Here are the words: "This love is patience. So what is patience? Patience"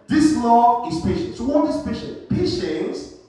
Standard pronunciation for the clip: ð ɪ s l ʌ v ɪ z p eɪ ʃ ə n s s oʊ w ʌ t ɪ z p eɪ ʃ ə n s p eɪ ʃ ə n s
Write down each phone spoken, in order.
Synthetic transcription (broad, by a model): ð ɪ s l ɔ ɪ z p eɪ ʃ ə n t s oʊ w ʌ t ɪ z p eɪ ʃ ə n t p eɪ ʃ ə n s